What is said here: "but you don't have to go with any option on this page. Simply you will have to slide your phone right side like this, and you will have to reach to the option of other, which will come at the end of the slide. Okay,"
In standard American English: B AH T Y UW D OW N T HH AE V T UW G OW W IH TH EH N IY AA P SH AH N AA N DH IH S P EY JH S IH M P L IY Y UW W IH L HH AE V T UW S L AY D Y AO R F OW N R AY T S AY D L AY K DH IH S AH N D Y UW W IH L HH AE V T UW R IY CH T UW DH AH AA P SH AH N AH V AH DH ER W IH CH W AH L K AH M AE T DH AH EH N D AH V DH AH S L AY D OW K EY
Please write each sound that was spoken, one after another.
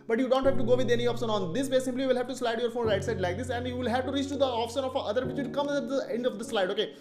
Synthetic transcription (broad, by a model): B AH T Y UW D OW N T HH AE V T UW G OW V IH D EH N IY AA P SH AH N AA N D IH S B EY S IH M P L IY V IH L HH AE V T UW S L AY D Y AO R F OW N R AY T S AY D L AY K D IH S AH N D Y UW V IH L HH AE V T UW R IY CH T UW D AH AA P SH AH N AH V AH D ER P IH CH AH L K AH M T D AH EH N D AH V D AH S L AY D OW K EY